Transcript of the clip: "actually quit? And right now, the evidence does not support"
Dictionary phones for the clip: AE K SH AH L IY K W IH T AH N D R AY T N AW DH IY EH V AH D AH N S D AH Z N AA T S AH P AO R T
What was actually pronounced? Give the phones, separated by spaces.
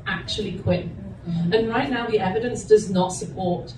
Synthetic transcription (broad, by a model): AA K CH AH L IY K W IH T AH N R AY T N AW DH IY EH V AH D AH N S D AH Z N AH T S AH P AO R T